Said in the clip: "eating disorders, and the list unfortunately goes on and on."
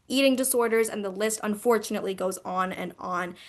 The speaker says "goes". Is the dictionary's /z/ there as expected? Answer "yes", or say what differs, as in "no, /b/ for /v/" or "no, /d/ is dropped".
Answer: yes